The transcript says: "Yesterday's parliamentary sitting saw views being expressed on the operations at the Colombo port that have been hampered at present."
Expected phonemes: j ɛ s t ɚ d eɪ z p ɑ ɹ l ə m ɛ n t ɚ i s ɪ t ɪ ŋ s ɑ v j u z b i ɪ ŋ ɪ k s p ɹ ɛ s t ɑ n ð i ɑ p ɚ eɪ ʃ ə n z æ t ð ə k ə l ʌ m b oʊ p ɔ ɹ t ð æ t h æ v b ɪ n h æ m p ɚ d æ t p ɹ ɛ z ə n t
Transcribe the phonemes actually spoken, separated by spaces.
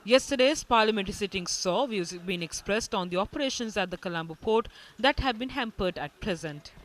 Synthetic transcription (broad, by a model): j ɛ s t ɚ d eɪ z p ɑ ɹ l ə m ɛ n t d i s ɪ t ɪ ŋ s ɑ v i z b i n ɪ k s p ɹ ɛ s t ɑ n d i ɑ p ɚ eɪ ʃ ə n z æ t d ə k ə l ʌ m b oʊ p ɔ ɹ t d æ t h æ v b ɪ n h æ m p ɚ d æ t p ɹ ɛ z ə n t